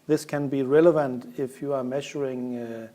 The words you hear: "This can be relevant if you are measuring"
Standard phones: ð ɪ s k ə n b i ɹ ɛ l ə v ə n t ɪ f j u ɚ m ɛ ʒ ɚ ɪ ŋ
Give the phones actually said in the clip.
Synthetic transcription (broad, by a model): ð ɪ s k ə n b i ɹ ɛ l ə v ə n t ɪ f j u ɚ m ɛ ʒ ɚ ɪ ŋ